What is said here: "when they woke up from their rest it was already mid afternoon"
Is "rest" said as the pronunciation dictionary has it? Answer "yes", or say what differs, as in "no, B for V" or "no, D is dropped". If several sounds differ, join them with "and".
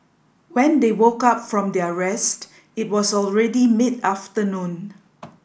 yes